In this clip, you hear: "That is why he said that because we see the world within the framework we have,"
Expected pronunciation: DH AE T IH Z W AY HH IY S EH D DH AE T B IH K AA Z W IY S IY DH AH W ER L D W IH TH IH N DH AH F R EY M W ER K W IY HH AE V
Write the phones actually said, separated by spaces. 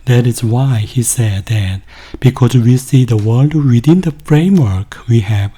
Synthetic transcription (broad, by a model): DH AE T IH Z W AY HH IY S EH D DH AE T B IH K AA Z W IY S IY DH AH W ER L D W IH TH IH N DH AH F R EY M W ER K W IY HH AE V